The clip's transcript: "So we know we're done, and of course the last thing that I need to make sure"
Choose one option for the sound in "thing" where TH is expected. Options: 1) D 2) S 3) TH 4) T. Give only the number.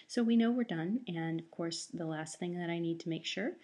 3